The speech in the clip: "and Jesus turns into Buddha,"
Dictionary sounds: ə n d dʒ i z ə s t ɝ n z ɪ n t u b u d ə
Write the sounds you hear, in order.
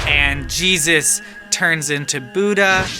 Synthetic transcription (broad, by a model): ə n dʒ i z ə s t ɝ n z ɪ n t u b u d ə